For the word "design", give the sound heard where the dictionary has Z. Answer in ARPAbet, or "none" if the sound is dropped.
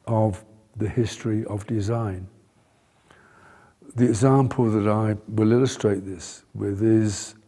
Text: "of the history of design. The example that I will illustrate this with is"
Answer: Z